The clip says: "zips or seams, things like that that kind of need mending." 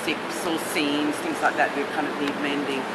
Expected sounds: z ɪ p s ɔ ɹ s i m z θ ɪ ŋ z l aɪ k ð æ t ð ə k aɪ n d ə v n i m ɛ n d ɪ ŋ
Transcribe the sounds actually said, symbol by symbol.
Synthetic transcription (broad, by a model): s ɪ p s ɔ l s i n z θ ɪ ŋ z l aɪ k ð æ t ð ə k aɪ n d ə v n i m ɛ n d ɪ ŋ